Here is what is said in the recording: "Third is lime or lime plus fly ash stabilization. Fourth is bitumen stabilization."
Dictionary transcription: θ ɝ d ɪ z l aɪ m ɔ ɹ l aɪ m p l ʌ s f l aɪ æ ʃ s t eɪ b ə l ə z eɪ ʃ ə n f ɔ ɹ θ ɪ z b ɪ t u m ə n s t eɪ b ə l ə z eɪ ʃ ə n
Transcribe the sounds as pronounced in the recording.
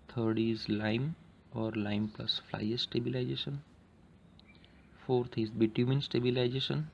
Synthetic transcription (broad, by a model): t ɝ d ɪ z l aɪ m ɔ ɹ l aɪ m p l ʌ s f l aɪ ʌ s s t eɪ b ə l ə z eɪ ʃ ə n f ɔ ɹ t ɪ z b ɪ t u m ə n s t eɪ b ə l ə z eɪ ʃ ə n